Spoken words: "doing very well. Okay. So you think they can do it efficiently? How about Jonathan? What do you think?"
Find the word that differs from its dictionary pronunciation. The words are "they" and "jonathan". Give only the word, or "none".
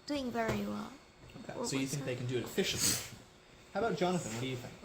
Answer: none